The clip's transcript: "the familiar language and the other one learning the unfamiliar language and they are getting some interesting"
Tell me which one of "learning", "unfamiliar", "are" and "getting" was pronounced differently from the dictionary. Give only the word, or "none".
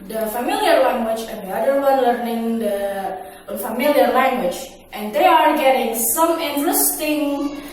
unfamiliar